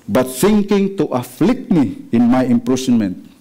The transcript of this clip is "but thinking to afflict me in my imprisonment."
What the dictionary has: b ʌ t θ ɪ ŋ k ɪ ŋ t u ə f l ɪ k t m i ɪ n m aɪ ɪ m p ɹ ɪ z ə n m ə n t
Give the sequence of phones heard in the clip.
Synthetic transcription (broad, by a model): b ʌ t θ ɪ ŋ k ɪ ŋ t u ə f l ɪ k t m i ɪ n m aɪ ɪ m p ɹ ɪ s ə n m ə n t